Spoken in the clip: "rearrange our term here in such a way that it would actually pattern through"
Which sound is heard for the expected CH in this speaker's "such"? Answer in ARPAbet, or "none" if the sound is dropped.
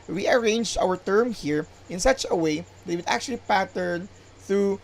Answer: CH